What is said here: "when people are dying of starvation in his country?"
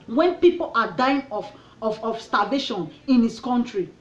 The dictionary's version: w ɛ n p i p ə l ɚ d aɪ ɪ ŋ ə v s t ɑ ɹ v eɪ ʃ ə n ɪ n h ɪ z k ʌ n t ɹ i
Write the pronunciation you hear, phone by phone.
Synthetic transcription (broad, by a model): w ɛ n p i p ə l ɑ d aɪ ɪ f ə f s t ɑ v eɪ ʃ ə n ɪ n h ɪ s k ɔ n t ɹ i